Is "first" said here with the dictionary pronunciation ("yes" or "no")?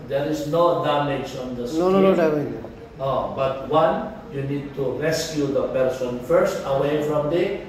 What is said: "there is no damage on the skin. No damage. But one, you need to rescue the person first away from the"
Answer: yes